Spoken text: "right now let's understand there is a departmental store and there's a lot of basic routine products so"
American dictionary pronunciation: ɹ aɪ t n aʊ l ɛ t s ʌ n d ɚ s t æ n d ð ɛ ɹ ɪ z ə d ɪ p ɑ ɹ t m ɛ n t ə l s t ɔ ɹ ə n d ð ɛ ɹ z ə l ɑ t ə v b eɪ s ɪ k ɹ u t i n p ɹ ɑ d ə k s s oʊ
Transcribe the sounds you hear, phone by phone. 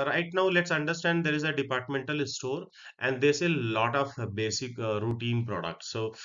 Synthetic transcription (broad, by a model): ɹ aɪ t n aʊ l ɛ t s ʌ n d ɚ s t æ n d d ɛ ɹ ɪ z ə d ɪ p ɑ ɹ t m ɛ n t ə l s t ɔ ɹ ə n d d ɛ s ə l ɑ t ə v b eɪ s ɪ k ɹ u t i n p ɹ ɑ d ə k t s oʊ